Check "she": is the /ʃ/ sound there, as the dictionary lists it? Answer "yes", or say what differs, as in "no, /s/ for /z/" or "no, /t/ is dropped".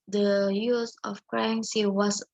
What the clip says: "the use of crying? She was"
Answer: no, /s/ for /ʃ/